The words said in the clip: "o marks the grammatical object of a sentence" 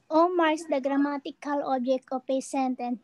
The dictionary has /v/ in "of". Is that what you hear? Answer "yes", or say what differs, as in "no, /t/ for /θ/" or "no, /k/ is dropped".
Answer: no, /p/ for /v/